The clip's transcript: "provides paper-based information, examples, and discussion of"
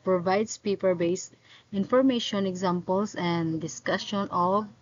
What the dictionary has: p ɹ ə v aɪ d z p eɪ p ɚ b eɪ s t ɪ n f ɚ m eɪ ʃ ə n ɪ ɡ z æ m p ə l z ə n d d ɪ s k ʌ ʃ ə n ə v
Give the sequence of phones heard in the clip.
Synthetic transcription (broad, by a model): p ɹ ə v aɪ d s p eɪ p ɚ b eɪ s t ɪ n f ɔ m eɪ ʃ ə n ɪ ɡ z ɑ m p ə l s ə n d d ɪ s k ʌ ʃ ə n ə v